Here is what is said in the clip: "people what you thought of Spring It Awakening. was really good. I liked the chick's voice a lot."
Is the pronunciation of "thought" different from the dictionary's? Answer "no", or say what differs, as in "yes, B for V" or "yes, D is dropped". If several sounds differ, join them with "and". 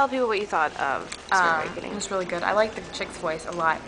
no